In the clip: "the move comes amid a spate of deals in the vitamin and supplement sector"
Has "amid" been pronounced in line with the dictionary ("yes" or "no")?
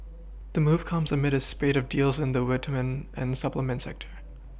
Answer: yes